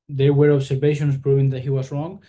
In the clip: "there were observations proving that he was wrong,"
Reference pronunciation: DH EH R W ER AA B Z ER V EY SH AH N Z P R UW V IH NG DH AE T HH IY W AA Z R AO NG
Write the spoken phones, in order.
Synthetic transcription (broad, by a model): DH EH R W ER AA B S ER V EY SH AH N S P R UW V IH NG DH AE T HH IY W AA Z R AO NG